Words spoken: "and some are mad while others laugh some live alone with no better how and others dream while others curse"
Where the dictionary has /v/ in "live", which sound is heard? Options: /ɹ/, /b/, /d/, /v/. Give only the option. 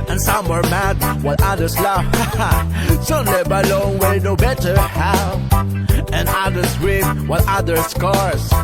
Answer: /b/